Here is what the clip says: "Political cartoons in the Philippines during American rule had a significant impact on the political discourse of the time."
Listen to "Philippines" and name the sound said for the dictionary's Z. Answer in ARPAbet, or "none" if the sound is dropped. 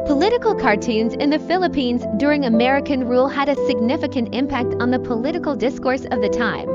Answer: Z